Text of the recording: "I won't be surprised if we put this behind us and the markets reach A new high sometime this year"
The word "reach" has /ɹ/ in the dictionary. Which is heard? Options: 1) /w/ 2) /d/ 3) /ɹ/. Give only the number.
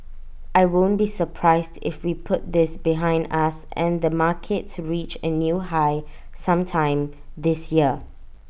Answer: 3